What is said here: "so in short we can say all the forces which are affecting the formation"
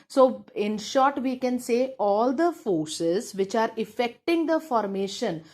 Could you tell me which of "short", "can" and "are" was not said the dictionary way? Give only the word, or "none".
none